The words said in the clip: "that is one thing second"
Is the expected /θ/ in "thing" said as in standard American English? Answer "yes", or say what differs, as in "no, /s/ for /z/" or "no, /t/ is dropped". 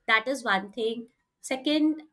no, /t/ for /θ/